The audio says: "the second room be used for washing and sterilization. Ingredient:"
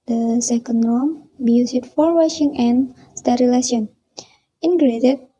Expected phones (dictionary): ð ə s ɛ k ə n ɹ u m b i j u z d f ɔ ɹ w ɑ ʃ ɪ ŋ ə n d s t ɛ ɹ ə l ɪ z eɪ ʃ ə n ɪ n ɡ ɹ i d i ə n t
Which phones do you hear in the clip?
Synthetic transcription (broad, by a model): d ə s ɛ k ə n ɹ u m b i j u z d f ɔ ɹ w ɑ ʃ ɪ ŋ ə n s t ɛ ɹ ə l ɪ s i ə n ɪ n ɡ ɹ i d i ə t